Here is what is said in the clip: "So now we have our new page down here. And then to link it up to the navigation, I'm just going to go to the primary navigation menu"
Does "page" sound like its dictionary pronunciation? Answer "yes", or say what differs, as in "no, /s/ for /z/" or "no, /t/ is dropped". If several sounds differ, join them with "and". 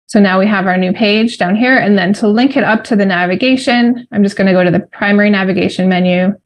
yes